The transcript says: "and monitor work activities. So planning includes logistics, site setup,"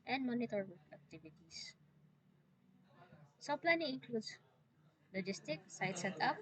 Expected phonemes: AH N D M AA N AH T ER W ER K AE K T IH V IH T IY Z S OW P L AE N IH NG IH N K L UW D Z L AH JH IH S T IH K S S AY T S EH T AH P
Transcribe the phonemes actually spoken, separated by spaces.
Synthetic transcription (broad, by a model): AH N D M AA N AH T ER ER AE K T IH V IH T IY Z S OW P L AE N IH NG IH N K L UW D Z L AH JH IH S T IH K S S AY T S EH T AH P